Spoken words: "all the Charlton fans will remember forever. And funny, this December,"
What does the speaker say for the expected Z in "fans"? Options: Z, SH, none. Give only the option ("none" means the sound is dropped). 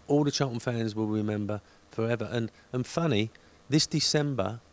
Z